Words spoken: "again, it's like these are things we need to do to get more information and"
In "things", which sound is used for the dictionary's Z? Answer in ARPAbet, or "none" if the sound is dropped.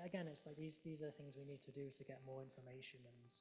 Z